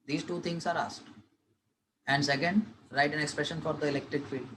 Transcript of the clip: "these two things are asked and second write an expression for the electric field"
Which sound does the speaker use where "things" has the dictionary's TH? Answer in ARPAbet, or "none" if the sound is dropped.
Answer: T